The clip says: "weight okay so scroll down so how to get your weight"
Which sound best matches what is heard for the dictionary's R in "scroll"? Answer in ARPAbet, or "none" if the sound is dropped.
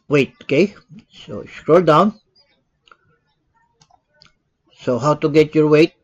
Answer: R